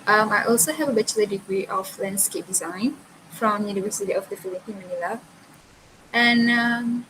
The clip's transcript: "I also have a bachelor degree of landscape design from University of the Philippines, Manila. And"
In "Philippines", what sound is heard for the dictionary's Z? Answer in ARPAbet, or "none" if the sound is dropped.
none